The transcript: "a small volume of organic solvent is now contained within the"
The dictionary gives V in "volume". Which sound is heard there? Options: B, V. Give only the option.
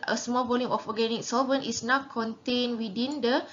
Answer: B